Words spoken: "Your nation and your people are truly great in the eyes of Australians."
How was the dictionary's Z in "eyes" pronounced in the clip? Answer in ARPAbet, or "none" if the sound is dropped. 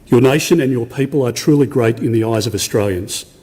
Z